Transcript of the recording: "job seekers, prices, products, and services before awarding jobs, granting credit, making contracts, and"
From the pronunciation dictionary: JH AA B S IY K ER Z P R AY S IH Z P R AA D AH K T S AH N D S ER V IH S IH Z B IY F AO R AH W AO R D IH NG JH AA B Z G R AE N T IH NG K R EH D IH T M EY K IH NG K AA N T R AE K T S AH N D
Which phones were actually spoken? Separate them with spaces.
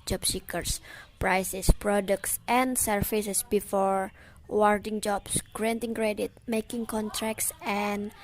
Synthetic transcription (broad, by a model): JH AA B S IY K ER S P R AY S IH S P R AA D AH K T S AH N S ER F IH S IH S B IY F AO R W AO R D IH NG JH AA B S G R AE N T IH NG K R EH D IH T M EY K IH NG K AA N T R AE K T S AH N